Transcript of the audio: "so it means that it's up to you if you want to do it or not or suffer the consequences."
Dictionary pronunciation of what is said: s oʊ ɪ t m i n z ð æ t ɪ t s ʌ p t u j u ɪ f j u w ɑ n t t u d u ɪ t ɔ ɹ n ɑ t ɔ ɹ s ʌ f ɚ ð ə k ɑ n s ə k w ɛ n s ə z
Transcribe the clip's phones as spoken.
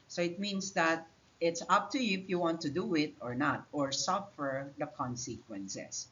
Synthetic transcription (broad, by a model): s oʊ ɪ t m i n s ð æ t ɪ t s ʌ p t u j u ɪ f j u w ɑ n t t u d u ɪ t ɔ ɹ n ɑ t ɔ ɹ s ʌ f ɚ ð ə k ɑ n s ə k w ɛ n s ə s